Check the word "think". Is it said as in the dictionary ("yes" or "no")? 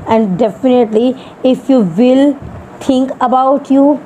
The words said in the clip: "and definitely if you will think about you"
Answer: no